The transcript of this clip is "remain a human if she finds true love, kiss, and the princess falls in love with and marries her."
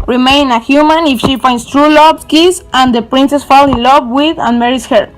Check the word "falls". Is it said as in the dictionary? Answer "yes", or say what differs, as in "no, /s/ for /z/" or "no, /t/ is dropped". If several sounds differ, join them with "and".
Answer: no, /z/ is dropped